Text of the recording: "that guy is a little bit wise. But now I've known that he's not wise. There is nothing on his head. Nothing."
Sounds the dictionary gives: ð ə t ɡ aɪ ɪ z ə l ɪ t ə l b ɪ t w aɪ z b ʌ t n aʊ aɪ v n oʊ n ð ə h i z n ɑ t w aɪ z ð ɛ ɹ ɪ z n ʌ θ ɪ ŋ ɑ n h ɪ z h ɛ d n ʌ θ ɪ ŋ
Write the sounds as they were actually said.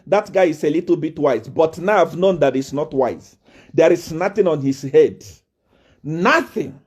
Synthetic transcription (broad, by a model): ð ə t ɡ aɪ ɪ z ə l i t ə l b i t w aɪ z b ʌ t n aʊ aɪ v n oʊ n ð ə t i s n ɑ t w aɪ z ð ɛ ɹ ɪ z n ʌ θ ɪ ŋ ɑ n h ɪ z h ɛ d n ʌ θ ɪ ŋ